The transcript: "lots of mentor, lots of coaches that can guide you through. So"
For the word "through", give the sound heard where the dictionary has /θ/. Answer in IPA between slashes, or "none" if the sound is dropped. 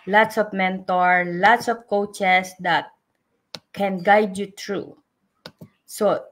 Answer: /t/